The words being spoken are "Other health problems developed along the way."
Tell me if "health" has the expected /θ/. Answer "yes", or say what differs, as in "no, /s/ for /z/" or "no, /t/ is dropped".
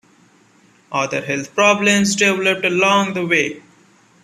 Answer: no, /t/ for /θ/